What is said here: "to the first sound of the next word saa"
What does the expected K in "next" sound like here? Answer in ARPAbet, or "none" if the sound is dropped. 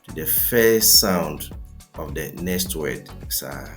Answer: none